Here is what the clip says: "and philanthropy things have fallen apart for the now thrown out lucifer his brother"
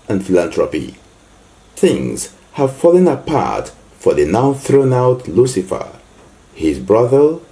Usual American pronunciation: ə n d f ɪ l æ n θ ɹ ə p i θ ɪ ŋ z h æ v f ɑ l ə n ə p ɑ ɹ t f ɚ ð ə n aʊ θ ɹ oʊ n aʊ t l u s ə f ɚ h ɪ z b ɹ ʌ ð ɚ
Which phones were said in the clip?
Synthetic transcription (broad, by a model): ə n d f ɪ l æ n t ɹ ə p i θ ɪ ŋ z h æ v f ɑ l ə n ə p ɑ ɹ t f ɚ ð ə n aʊ θ ɹ oʊ n aʊ t l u s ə f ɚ h ɪ z b ɹ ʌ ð ɚ